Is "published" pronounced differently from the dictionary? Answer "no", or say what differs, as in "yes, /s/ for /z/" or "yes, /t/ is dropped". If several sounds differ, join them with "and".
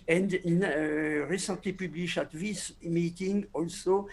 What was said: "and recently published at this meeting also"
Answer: yes, /t/ is dropped